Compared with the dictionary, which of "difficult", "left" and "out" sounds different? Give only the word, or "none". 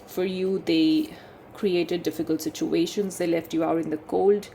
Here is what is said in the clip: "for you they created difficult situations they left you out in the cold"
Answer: none